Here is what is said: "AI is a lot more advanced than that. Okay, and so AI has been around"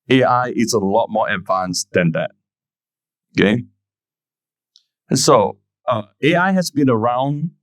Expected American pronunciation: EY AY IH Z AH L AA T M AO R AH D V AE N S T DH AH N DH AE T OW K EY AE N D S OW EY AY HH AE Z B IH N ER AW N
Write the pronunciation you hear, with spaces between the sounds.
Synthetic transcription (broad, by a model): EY AY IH S AH L AA T M AO R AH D V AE N S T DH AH N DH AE T OW K EY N S OW EY AY HH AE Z B IH N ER AW N